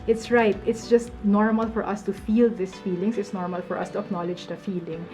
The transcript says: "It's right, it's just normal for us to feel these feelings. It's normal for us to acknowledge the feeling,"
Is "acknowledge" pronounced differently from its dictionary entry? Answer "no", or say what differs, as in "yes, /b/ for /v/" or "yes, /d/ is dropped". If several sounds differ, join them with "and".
no